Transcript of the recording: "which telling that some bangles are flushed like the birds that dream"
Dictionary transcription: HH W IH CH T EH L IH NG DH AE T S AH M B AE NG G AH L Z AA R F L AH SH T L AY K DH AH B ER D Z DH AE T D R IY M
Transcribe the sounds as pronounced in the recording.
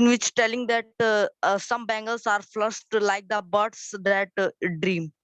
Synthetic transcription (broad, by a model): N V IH CH T EH L IH NG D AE T S AH M B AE NG G AH L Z AA R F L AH S T L AY K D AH B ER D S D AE T D R IY M